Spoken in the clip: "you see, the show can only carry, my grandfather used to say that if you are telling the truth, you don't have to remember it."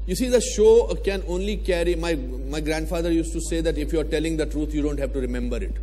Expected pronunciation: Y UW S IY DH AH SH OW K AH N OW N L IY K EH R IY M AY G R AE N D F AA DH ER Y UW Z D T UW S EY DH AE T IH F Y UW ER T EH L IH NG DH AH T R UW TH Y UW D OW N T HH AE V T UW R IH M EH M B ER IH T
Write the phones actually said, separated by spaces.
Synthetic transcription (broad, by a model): Y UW S IY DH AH SH OW K AH N OW N L IY K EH R IY M AY G R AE N D F AA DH ER Y UW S T UW S EY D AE T IH F Y UW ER T EH L IH NG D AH T R UW T Y UW D OW N T HH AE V T UW R IH M EH M B ER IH T